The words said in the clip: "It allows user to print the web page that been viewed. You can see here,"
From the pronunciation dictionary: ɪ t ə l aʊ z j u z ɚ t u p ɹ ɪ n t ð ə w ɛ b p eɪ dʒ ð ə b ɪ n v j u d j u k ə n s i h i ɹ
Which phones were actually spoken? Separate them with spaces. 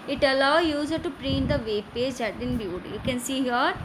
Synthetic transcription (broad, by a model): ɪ t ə l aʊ j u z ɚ t u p ɹ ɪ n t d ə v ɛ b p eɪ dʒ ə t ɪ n b j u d j u k ə n s i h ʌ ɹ